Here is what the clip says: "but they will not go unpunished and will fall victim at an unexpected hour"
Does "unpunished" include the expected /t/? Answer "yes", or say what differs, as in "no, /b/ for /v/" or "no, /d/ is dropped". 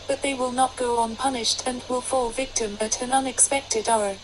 yes